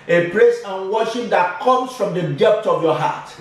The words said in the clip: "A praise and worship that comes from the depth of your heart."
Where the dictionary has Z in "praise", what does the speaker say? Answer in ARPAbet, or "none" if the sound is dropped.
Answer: S